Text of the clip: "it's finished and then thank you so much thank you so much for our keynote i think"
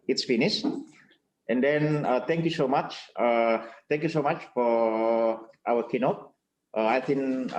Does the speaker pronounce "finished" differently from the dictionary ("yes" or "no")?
yes